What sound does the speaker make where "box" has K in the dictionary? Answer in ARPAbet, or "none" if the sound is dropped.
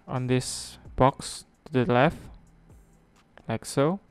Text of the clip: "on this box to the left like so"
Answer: K